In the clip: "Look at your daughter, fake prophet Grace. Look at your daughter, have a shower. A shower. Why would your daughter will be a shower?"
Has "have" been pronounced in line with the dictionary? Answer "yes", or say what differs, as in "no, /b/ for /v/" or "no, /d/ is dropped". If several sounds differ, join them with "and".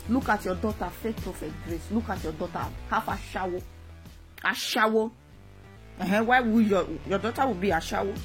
no, /f/ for /v/